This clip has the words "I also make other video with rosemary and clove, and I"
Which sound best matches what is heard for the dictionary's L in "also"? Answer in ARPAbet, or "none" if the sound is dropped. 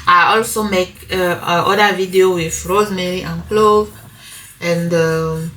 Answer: L